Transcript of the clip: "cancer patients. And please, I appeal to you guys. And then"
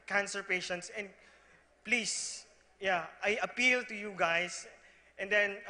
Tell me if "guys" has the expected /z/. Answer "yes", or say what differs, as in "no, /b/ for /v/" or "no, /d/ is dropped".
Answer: no, /s/ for /z/